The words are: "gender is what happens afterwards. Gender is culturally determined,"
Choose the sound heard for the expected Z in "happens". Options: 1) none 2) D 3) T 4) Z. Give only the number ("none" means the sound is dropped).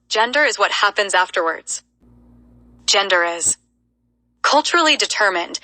4